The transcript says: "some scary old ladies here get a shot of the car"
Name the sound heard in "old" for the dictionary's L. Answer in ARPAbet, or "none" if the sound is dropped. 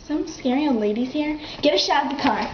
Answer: none